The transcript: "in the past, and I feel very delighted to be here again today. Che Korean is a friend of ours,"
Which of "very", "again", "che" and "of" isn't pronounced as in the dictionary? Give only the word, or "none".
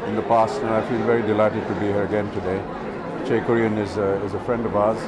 none